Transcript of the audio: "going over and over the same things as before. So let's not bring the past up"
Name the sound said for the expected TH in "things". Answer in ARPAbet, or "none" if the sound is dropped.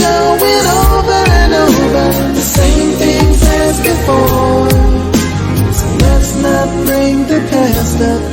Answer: TH